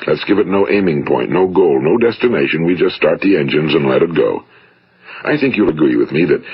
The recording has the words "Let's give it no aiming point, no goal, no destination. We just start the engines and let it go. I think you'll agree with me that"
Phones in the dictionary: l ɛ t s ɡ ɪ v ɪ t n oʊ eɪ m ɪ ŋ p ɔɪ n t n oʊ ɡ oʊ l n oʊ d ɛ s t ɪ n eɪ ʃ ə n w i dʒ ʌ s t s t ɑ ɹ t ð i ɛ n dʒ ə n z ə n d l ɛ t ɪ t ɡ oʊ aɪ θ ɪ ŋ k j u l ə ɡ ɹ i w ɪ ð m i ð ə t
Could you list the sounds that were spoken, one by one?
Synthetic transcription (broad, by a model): l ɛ t s ɡ ɪ v ɪ t n oʊ eɪ m ɪ ŋ p ɔɪ n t n oʊ ɡ oʊ l n oʊ d ɛ s t ɪ n eɪ ʃ ə n w i dʒ ʌ s t s t ɑ ɹ t ð i ɛ n dʒ ə n z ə n l ɛ t ɪ t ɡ oʊ aɪ θ ɪ ŋ k j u l ə ɡ ɹ i w ɪ ð m i ð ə t